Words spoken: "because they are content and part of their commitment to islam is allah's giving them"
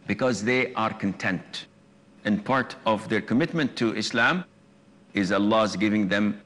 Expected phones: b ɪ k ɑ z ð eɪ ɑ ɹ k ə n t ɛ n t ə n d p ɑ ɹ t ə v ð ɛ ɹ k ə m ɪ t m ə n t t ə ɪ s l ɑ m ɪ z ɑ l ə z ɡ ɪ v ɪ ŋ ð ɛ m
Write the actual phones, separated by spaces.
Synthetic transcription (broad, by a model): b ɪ k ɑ z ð eɪ ɑ ɹ k ə n t ɛ n t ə n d p ɑ ɹ t ə v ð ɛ ɹ k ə m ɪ t m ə n t t ɪ s l ɑ m ɪ z ɑ l ə z ɡ ɪ v ɪ ŋ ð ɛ m